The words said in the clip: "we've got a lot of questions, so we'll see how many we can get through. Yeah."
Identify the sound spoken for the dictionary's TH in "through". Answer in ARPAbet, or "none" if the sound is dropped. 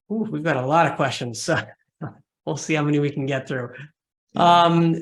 TH